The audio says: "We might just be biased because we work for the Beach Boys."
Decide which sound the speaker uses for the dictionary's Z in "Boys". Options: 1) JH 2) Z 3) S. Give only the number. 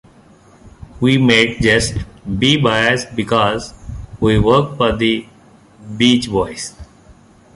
3